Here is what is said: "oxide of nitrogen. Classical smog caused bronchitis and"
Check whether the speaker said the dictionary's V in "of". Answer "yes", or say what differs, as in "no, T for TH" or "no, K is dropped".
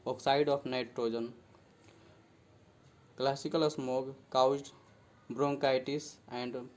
no, P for V